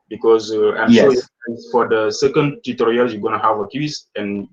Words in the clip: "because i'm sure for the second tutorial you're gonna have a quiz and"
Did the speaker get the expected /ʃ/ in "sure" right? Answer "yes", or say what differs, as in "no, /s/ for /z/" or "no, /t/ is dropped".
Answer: no, /s/ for /ʃ/